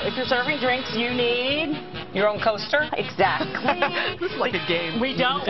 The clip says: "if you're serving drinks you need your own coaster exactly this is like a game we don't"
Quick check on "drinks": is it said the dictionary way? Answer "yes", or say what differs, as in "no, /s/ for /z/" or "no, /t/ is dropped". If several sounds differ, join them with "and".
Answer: yes